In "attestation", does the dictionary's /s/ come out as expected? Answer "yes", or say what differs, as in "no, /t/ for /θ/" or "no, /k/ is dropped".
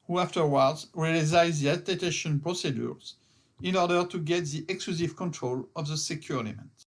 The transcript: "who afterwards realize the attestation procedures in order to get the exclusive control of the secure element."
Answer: no, /s/ is dropped